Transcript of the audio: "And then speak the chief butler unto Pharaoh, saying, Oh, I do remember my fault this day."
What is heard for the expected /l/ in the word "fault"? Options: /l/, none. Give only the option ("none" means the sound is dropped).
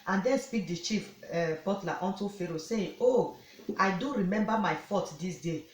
none